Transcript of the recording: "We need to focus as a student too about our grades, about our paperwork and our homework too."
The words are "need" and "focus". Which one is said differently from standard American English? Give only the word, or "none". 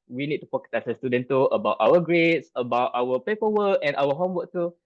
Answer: focus